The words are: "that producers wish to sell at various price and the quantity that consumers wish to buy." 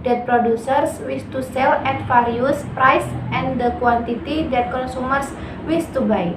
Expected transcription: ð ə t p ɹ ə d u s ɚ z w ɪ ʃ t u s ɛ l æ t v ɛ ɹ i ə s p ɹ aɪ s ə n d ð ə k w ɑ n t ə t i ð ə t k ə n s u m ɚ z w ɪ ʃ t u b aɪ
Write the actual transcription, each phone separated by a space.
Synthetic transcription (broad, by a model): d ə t p ɹ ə d u s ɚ s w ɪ s t u s ɛ l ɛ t f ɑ ɹ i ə s p ɹ aɪ s ə n d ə k w ɑ n t ə t i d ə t k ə n s u m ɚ s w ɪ s t u b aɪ